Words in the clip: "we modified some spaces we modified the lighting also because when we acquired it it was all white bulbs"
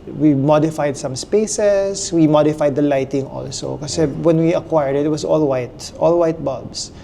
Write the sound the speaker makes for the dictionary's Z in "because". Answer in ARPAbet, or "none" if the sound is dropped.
none